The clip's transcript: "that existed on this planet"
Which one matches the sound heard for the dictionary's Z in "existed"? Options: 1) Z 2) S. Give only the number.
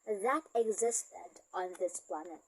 1